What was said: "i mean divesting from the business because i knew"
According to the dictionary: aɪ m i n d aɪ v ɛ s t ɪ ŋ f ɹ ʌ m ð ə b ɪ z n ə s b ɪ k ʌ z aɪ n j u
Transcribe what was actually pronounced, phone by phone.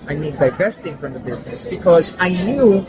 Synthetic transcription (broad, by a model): aɪ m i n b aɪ p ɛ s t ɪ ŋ f ɹ ʌ m ð ə b ɪ z n ə s b ɪ k ʌ z aɪ n j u